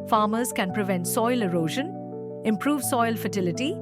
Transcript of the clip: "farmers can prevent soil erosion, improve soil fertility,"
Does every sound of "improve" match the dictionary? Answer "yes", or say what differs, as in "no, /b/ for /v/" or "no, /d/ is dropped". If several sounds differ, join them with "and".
yes